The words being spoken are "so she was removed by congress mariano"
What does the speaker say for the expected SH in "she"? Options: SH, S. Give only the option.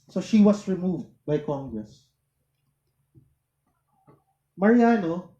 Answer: SH